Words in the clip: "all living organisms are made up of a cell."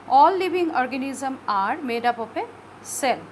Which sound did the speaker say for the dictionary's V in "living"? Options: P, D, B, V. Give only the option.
B